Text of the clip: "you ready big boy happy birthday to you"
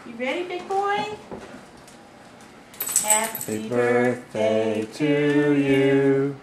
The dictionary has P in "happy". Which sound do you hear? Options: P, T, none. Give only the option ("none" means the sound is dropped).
none